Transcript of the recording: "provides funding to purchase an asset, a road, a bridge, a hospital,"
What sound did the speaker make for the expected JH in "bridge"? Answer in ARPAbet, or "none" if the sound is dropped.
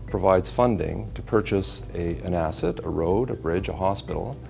JH